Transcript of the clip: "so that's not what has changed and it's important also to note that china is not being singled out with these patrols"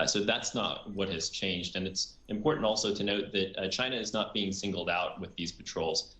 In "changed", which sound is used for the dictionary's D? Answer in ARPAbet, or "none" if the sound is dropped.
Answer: D